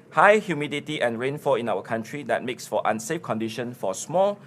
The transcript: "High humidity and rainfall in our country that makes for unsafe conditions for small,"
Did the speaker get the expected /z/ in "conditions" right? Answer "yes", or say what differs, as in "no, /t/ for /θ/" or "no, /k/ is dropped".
no, /z/ is dropped